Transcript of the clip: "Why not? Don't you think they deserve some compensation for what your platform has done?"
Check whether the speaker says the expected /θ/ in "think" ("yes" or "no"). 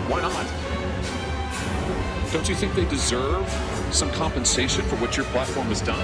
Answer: yes